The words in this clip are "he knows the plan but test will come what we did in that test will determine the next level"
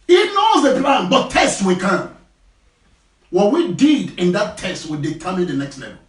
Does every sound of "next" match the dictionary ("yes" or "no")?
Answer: yes